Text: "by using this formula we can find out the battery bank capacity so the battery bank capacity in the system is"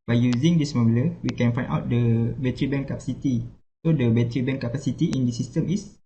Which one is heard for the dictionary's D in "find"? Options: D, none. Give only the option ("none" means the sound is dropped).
none